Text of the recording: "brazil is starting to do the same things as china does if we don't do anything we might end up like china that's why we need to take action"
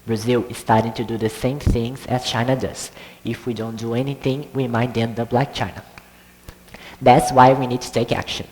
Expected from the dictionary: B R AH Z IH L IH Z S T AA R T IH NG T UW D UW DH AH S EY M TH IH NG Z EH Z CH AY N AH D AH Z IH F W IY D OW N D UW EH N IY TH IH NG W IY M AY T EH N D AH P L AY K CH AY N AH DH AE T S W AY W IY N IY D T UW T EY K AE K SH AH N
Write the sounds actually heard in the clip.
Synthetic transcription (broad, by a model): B R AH Z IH L IH Z S T AA R T IH NG T UW D UW DH AH S EY M TH IH NG Z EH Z CH AY N AH D AH Z IH F W IY D OW N D UW EH N IY TH IH NG W IY M AY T EH N D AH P L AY K CH AY N AH DH AE T S W AY W IY N IY D T UW T EY K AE K SH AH N